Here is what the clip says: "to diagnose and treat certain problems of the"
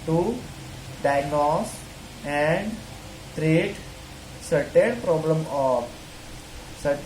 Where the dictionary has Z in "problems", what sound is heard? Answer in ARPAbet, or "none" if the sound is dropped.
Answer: none